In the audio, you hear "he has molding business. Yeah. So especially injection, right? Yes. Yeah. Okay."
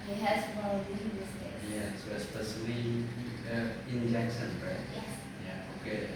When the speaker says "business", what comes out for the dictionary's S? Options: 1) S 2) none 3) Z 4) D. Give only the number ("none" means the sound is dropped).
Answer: 2